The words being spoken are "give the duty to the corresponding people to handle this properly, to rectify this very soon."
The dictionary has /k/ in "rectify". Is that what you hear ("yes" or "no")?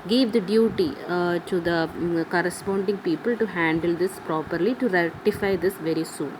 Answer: no